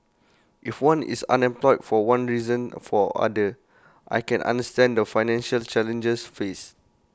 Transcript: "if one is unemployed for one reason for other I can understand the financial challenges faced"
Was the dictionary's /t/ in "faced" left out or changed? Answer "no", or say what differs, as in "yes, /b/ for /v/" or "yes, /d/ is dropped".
yes, /t/ is dropped